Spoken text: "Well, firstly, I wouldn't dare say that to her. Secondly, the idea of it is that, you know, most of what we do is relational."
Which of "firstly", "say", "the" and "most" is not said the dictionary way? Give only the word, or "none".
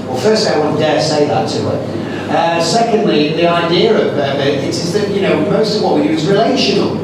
firstly